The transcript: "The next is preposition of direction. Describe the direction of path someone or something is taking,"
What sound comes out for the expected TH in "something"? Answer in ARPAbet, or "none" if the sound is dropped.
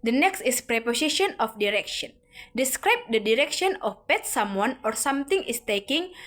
T